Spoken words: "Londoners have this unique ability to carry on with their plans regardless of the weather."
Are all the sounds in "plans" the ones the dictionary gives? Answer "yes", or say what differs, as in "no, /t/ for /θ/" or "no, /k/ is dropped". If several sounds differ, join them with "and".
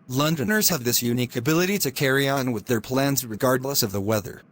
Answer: yes